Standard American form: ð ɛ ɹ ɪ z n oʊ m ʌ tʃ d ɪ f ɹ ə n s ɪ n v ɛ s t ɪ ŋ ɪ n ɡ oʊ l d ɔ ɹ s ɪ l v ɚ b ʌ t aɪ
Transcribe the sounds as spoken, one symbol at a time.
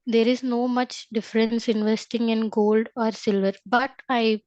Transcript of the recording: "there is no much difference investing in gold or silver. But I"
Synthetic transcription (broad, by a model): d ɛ ɹ ɪ z n oʊ m ʌ tʃ d ɪ f ɹ ə n s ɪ n v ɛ s t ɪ ŋ ɪ n ɡ oʊ l d ɔ ɹ s ɪ l v ɚ b ʌ t aɪ